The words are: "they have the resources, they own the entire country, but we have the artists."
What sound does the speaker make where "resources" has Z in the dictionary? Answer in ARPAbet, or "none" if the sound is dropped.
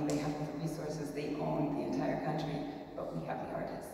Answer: Z